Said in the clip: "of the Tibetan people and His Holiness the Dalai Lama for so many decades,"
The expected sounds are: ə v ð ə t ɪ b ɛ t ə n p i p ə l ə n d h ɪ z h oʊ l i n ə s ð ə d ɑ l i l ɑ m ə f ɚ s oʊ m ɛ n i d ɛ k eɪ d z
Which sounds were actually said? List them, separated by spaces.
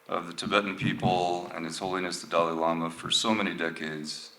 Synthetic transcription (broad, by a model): ə v ð ə t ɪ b ɛ t n p i p l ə n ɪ s h oʊ l i n ə s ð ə d ɑ l i l ɑ m ə f ɚ s oʊ m ɛ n i d ɛ k eɪ d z